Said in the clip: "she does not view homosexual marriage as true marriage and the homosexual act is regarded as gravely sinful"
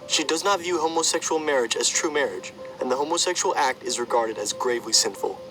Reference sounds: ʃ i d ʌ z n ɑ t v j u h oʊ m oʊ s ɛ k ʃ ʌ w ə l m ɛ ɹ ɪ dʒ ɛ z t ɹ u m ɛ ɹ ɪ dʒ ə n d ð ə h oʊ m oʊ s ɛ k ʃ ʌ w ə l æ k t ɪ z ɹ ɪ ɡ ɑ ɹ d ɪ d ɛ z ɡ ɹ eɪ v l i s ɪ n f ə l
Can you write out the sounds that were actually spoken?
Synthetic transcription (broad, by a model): ʃ i d ʌ z n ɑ t v j u h oʊ m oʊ s ɛ k ʃ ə l m ɛ ɹ ɪ dʒ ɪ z t ɹ u m ɛ ɹ ɪ dʒ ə n ð ə h oʊ m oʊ s ɛ k ʃ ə l æ k t ɪ z ɹ ɪ ɡ ɑ ɹ d ɪ d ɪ z ɡ ɹ eɪ v l i s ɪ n f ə l